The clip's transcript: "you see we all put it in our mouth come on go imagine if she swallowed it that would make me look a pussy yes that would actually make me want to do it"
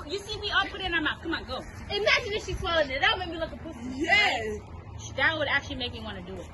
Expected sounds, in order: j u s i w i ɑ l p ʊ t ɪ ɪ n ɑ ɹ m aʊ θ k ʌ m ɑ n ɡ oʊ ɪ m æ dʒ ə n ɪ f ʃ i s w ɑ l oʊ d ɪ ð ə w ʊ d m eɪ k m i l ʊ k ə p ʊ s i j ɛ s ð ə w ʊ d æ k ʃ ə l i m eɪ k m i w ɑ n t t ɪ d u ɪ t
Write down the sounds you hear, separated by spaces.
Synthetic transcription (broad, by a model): j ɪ s i w i ɑ l p ʊ t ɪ ɪ n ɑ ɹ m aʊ k ʌ m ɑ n ɡ oʊ ɪ m æ dʒ ə n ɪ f ʃ i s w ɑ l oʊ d ɪ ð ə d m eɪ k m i l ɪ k ə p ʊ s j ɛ ʃ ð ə w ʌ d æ k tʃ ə l i m eɪ k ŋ w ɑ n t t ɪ d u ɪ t